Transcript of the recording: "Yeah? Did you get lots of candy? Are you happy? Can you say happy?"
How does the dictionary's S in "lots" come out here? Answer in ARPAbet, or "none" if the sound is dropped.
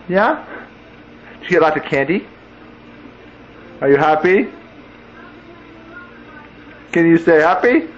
none